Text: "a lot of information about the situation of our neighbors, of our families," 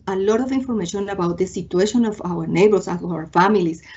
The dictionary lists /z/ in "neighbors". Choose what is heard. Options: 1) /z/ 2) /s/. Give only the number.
2